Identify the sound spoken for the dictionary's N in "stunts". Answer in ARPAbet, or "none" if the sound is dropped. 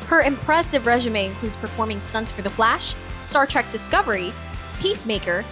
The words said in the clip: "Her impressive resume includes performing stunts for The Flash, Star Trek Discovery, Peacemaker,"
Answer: N